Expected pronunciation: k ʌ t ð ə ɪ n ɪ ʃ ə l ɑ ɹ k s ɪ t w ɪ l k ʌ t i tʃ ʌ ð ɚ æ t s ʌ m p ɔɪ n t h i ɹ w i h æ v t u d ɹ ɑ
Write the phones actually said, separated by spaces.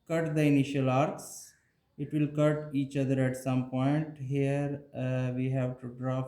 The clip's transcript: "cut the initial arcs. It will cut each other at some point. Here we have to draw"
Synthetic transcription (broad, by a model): k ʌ t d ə ɪ n ɪ ʃ ə l ɑ ɹ k s ɪ t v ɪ l k ʌ t i tʃ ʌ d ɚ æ t s ʌ m p ɔɪ n t h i ɹ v i h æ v t u d ɹ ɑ